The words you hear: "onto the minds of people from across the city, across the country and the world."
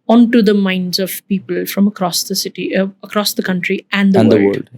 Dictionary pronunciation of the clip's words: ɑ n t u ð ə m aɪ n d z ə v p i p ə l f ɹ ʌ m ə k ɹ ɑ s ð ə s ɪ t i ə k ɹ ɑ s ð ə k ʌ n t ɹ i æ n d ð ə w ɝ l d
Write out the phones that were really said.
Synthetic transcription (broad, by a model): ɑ n t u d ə m aɪ n d z ə v p i p ə l f ɹ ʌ m ə k ɹ ɑ s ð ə s ɪ t i ə k ɹ ɑ s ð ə k ʌ n t ɹ i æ n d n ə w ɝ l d